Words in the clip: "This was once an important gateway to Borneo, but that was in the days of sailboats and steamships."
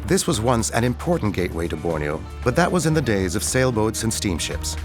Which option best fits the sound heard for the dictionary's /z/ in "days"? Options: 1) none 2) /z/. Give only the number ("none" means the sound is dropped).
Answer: 2